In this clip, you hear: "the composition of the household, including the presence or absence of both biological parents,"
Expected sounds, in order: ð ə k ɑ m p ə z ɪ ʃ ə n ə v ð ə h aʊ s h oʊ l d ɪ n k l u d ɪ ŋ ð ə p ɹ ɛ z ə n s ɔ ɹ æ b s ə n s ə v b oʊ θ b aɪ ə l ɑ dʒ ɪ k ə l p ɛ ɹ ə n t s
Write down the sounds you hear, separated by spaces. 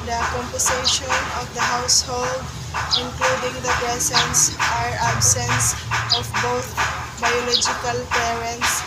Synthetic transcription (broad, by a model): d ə k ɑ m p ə s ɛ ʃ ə n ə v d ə h aʊ s h oʊ l d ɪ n k l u d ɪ ŋ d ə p ɹ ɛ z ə n s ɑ ɹ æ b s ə n s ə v b oʊ t b aɪ ə l ɑ dʒ ɪ k ə l p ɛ ɹ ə n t s